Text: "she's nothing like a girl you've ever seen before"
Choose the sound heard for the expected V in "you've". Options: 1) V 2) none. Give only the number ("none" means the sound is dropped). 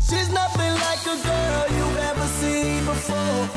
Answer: 2